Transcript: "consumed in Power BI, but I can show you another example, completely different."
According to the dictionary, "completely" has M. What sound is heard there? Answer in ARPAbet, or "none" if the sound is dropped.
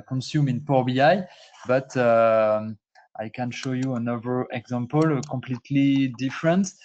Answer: M